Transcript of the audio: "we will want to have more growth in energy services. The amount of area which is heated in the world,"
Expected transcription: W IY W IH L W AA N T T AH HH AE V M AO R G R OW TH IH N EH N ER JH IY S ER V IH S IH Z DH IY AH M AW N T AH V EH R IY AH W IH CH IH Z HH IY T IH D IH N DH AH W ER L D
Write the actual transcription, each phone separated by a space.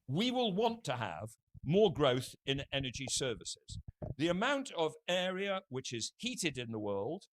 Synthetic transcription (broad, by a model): W IY W IH L W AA N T T AH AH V M AO R G R OW TH IH N EH N ER JH IY S ER V IH S IH Z DH IY AH M AW N T AH V EH R IY AH W IH CH IH Z HH IY T IH D IH N DH AH W ER L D